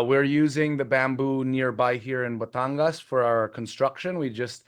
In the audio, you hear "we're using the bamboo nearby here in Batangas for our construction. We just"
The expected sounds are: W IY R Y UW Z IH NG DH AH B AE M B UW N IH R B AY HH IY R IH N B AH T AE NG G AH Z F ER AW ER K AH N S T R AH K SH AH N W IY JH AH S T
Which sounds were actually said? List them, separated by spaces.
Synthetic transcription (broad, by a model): W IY R Y UW Z IH NG DH AH B AE M B UW N IH R B AY HH IY R IH N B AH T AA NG G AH S F ER AW ER K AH N S T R AH K SH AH N W IY JH AH S T